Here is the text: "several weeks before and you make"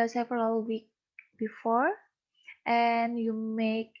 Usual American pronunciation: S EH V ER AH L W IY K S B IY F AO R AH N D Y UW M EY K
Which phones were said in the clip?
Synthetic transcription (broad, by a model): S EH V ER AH L W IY K B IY F AO R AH N Y UW M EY K